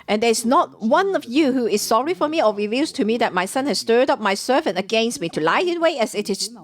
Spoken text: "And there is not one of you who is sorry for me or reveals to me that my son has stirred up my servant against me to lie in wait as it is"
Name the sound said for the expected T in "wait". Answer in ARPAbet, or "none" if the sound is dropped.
none